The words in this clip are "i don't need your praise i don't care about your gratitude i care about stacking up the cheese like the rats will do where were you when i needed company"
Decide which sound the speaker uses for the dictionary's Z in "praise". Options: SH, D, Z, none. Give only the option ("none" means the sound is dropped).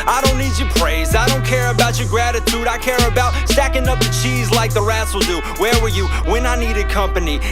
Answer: Z